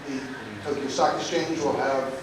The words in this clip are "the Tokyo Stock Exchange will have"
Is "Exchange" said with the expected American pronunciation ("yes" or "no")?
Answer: no